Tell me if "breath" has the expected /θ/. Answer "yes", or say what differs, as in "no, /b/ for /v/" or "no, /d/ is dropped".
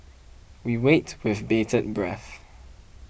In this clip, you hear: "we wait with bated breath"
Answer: yes